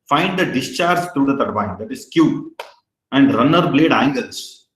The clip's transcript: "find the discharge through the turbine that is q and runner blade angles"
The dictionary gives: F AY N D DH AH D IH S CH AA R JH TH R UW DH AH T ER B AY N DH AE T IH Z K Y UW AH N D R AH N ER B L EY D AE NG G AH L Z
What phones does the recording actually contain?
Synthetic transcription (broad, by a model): F AY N D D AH D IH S CH AA R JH T R UW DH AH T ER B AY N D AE T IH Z K Y UW AH N D R AH N ER B L EY D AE NG G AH L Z